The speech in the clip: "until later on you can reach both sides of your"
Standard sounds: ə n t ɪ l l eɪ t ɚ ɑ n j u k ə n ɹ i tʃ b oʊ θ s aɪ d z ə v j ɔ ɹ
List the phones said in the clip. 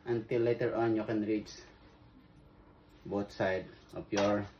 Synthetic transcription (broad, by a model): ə n t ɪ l l eɪ t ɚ ɑ n j u k ə n ɹ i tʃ b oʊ t s aɪ d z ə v j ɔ ɹ